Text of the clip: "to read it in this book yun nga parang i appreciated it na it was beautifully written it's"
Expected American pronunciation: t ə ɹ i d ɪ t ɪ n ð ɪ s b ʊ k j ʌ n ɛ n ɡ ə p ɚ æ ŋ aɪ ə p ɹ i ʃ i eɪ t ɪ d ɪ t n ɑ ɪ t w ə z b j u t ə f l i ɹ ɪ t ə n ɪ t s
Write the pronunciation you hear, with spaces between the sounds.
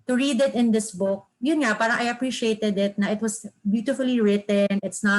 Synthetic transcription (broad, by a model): t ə ɹ i d ɪ t ɪ n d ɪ s b ʊ k j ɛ n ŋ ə p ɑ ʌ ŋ aɪ ə p ɹ i ʃ i eɪ t ɪ d ɪ t n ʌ ɪ t w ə s b j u t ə f l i ɹ ɪ t ə n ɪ t s